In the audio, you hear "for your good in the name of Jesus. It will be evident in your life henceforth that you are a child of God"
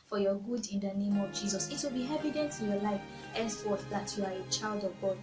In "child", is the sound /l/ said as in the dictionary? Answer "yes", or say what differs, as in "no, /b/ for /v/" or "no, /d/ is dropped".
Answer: yes